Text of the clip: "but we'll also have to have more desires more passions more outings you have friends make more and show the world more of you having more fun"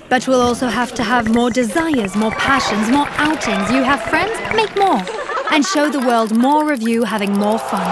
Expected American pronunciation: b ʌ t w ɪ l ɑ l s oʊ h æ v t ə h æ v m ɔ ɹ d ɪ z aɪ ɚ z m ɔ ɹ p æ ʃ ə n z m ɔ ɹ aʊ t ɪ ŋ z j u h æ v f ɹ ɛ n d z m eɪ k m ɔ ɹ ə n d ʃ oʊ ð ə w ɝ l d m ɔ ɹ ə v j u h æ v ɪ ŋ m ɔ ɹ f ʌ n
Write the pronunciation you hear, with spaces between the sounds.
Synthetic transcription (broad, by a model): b ʌ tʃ w ɪ l ɑ l s oʊ h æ f t ə v m ɔ ɹ d ɪ z aɪ ɚ z m ɔ ɹ p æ ʃ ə n z m ɔ ɹ aʊ t ɪ ŋ z j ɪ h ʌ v f ɹ ɛ n d z m eɪ k m ɔ ɹ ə n ʃ oʊ ð ə w ɝ l d m ɔ ɹ ə v j u h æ v ɪ ŋ m ɔ ɹ f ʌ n